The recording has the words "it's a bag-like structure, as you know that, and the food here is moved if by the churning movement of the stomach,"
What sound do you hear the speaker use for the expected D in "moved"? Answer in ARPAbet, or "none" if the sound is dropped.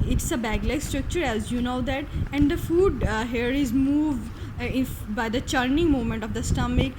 none